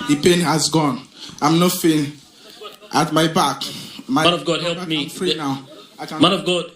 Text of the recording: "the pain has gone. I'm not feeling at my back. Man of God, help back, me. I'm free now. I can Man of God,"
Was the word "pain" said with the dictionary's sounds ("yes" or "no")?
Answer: yes